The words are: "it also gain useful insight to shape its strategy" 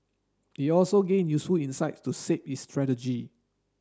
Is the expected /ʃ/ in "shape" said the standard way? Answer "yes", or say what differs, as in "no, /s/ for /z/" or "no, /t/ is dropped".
no, /s/ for /ʃ/